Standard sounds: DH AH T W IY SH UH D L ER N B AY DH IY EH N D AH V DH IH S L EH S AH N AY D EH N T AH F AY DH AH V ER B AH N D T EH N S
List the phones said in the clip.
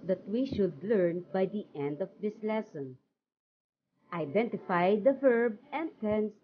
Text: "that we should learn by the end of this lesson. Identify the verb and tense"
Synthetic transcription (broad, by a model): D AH T W IY SH UH D L ER N B AY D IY EH N D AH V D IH S L EH S AH N AY D EH N T AH F AY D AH V ER B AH N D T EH N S